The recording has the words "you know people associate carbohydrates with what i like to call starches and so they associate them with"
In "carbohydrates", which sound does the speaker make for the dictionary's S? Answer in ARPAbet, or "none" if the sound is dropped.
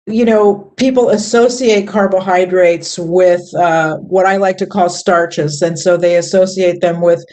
S